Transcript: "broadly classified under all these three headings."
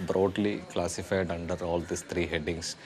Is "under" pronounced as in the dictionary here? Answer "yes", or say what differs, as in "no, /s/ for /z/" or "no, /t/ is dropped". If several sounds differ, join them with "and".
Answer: yes